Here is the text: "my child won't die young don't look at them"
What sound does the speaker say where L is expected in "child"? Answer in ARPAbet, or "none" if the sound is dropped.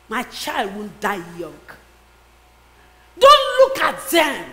L